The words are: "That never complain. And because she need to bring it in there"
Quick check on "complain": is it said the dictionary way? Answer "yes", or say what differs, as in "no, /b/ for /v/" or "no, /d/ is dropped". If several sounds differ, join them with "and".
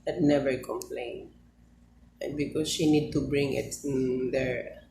no, /n/ is dropped